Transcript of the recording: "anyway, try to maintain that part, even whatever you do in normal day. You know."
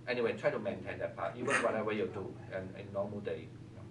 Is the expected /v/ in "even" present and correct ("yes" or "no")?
no